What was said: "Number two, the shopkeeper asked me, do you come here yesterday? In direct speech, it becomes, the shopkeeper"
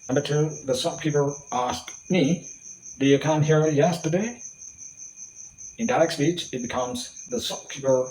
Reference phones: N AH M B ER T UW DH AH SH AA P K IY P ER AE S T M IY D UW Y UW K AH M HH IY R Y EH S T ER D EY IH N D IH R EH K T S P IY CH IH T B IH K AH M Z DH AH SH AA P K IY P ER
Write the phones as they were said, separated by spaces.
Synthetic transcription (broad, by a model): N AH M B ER T UW DH AH S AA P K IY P ER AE S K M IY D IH Y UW K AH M HH IY R Y EH S T ER D EY IH N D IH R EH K S P IY CH IH T B IH K AH M Z DH AH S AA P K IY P ER